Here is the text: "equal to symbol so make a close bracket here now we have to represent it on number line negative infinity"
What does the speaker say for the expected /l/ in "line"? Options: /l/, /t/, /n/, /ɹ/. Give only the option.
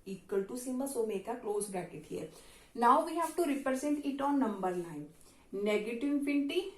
/n/